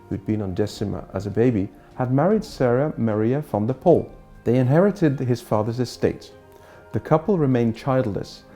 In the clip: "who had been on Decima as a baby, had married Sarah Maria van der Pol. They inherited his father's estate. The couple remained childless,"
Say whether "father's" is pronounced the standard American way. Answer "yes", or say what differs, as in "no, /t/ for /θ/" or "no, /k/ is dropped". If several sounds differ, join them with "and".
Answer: yes